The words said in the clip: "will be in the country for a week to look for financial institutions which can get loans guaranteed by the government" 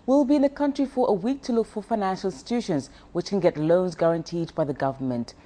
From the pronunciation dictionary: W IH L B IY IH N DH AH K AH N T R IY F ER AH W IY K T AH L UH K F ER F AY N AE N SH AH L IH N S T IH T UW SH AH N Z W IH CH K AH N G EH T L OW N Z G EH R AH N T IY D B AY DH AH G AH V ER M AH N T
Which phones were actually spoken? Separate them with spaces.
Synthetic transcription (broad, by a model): W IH L B IY IH N DH AH K AH N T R IY F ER AH W IY K T AH L UH K F ER F AY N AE N SH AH L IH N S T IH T UW SH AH N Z W IH CH K AH N G EH T L OW N Z G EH R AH N T IY D B AY DH AH G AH V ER M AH N T